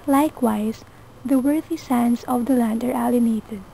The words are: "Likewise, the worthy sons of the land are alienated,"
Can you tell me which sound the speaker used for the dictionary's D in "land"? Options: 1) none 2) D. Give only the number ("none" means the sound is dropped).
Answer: 2